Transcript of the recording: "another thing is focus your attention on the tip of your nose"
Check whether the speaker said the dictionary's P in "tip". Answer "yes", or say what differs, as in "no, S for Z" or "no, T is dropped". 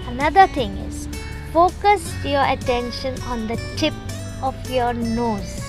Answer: yes